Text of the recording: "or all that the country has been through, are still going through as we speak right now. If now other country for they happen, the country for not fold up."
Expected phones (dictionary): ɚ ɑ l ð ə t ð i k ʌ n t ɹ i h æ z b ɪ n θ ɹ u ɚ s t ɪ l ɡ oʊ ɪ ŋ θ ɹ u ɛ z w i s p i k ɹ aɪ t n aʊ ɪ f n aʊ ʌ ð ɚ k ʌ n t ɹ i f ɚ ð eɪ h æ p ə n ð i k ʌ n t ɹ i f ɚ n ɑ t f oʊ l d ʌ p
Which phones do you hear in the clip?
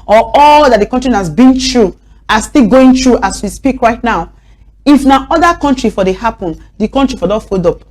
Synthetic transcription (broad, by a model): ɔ ɑ l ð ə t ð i k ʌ n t ɹ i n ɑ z b ɪ n t ɹ u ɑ s t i l ɡ oʊ ɪ ŋ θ ɹ u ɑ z w i s p i k ɹ aɪ t n aʊ ɪ f n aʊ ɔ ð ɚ k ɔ n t ɹ i f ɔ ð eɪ h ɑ p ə n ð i k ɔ n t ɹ i f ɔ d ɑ f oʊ d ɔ p